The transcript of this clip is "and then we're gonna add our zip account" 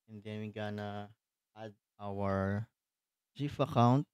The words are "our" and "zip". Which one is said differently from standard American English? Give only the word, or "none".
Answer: zip